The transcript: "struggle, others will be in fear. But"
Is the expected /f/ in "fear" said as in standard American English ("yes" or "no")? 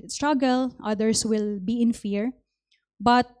yes